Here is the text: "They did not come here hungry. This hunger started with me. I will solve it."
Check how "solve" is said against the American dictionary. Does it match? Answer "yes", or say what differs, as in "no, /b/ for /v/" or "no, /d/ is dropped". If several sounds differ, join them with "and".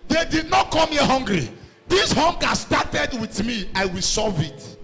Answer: no, /l/ is dropped